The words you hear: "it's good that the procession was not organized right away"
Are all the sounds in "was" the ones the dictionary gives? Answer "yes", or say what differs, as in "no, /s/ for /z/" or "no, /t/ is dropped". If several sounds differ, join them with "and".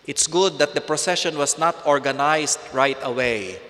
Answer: no, /s/ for /z/